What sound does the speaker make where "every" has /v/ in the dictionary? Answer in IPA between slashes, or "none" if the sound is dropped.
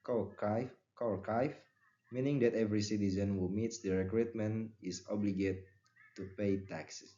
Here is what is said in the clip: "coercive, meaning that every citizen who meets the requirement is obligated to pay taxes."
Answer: /v/